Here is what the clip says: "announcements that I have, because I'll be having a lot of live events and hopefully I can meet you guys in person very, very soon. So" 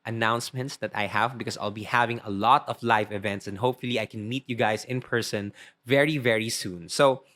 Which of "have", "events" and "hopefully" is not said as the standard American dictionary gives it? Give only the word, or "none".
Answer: none